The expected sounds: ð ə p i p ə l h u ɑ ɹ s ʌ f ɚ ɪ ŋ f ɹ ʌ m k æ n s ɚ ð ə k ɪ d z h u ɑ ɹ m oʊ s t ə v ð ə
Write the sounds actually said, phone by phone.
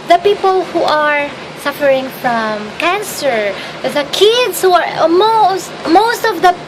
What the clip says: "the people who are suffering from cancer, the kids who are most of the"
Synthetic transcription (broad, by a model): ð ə p i p ə l h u ɑ ɹ s ʌ f ɚ ɪ ŋ f ɹ ʌ m k æ n s ɚ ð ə k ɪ d s h u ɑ ɹ m oʊ s t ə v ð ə